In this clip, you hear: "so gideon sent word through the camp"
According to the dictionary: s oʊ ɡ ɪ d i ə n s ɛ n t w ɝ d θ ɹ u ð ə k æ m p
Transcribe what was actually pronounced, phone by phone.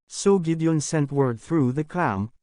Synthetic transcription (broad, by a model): s oʊ ɡ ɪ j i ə n s ɛ n t w ɝ d θ ɹ u ð ə k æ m